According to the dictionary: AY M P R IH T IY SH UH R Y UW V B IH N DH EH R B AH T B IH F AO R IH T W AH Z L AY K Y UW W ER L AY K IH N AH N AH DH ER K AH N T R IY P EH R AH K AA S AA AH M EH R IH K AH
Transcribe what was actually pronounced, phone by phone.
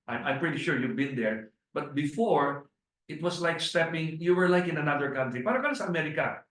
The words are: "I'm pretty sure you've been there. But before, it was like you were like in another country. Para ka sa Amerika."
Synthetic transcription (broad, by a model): AY M P R IH T IY SH UH R Y UW V B IH N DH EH R B AH T B IH F AO R IH T W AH S L AY K Y UW W ER L AY K IH N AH N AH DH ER K AH N T R IY P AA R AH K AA S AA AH M EH R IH K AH